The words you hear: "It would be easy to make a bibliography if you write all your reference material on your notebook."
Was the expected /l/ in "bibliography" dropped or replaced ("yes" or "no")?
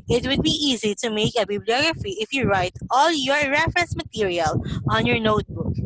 no